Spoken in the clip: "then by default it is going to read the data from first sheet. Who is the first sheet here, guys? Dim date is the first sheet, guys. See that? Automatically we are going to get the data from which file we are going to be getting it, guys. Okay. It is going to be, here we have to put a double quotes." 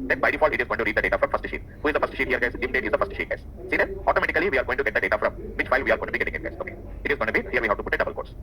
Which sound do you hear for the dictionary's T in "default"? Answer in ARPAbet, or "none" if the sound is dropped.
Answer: none